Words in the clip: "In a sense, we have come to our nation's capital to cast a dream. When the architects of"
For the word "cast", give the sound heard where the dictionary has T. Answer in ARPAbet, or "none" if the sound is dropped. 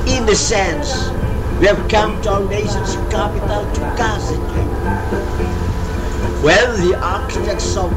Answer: none